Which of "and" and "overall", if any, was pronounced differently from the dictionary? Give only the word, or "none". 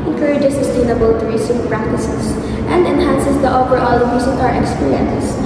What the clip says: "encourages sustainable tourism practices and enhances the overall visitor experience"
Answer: overall